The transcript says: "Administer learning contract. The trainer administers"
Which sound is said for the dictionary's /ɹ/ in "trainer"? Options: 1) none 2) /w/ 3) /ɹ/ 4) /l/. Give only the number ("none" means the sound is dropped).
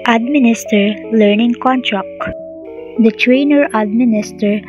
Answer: 3